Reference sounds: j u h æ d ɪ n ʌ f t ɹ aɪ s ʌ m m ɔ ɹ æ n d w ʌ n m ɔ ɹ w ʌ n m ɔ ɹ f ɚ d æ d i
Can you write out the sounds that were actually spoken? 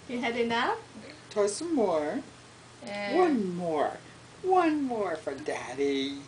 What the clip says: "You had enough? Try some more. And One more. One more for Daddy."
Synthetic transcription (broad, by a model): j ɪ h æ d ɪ n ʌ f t aɪ s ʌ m m ɔ ɹ w ʌ n m ɔ ɹ w ʌ n m ɔ ɹ f ɚ d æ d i